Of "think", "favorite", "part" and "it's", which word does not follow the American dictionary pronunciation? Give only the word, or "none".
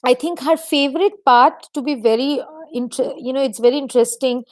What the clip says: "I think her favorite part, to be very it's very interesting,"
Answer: think